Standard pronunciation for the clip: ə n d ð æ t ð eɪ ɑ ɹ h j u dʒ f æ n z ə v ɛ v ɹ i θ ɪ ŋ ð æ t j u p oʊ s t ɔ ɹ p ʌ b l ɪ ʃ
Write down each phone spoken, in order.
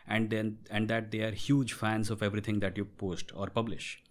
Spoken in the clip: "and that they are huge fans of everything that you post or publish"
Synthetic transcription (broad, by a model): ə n d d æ t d eɪ ɑ ɹ h j u dʒ f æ n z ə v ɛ v ɹ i t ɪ ŋ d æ t j u p oʊ s t ɔ ɹ p ʌ b l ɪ ʃ